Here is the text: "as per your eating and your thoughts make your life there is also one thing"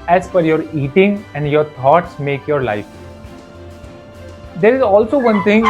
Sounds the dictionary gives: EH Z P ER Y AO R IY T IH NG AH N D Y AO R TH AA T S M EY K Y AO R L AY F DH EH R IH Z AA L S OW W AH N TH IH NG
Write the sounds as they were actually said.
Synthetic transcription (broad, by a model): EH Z F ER Y AO R IY T IH NG AH N D Y AO R T AA T S M EY K Y AO R L AY F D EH R IH Z AA L S OW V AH N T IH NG